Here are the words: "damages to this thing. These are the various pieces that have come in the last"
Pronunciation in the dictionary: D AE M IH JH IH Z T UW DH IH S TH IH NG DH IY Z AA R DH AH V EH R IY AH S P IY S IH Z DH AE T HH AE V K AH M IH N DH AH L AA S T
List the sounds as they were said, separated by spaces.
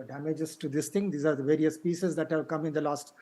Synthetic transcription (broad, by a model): D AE M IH JH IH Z T UW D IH S T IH NG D IY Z AA R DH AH V EH R IY AH S P IY S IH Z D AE T HH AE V K AH M IH N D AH L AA S T